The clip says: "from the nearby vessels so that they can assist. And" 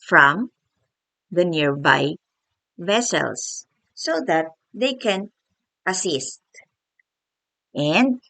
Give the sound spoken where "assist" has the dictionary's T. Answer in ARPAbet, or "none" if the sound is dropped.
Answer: T